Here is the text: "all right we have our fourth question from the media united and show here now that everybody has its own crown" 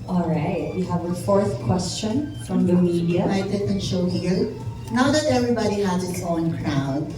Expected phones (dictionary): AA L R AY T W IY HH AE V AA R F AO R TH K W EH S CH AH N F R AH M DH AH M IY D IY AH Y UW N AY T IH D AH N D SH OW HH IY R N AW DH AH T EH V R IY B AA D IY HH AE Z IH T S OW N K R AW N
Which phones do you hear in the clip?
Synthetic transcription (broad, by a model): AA L R AY T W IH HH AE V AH F AO R TH K W EH S CH AH N F R AH M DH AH M IY D IY AH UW IH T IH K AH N SH OW HH IY R N AW DH AH T EH V R IY B AA D IY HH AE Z IH T S OW N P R AW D